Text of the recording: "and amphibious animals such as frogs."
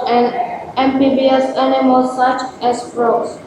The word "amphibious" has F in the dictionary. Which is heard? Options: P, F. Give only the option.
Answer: P